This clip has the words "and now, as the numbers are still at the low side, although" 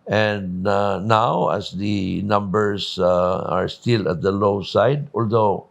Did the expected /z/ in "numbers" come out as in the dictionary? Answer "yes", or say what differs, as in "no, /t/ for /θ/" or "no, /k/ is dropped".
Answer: no, /s/ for /z/